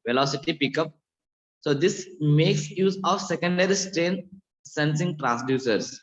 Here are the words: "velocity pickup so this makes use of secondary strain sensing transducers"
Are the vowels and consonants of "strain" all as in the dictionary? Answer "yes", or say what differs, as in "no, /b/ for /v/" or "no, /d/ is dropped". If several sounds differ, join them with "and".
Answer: yes